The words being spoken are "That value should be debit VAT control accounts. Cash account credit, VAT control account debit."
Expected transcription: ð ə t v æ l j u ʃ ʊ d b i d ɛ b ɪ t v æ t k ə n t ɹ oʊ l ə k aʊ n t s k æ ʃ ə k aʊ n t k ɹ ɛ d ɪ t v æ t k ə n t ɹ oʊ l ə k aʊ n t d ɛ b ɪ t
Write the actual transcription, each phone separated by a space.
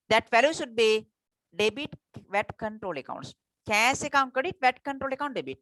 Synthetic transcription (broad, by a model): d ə t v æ l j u ʃ ʊ d b i d ɛ b ɪ t v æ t k ə n t ɹ oʊ l ə k aʊ n t s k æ s ə k aʊ n t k ʌ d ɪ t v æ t k ə n t ɹ oʊ l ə k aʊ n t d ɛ b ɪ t